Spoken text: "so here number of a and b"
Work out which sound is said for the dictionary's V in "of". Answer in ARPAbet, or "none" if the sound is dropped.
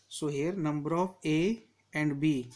P